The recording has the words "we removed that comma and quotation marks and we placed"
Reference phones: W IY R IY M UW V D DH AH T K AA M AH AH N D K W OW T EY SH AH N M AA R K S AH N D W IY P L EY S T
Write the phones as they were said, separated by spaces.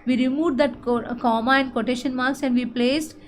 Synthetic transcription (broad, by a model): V IY R IY M UW V D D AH T K AA M AH AH N D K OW T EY SH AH N M AA R K S AH N D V IY P L EY S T